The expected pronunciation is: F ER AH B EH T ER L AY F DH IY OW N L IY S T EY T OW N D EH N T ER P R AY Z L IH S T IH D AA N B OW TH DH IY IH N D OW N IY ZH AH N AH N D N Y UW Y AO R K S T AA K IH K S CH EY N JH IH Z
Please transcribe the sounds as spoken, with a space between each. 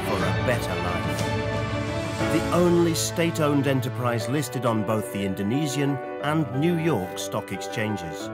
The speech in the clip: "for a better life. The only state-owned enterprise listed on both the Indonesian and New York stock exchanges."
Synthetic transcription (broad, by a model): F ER AH B EH T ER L AY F DH IY OW N L IY S T EY T OW N D EH N T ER P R AY Z L IH S T IH D N B OW TH DH IY IH N D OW N IY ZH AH N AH N N Y UW Y AO R K S T AA K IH K S CH EY N JH IH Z